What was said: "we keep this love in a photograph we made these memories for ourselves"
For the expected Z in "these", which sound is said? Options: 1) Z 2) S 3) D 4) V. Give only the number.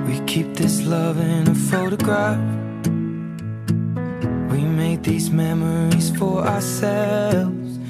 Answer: 1